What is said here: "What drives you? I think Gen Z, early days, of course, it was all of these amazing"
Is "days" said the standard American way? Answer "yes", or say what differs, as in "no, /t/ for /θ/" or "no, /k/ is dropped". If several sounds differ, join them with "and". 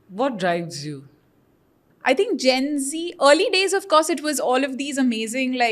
yes